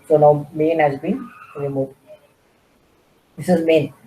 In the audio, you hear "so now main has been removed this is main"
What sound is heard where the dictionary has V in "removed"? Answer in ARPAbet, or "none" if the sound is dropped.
none